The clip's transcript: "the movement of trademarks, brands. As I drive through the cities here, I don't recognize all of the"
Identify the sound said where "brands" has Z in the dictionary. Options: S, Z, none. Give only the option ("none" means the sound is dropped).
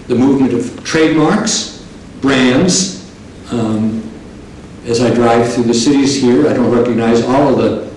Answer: Z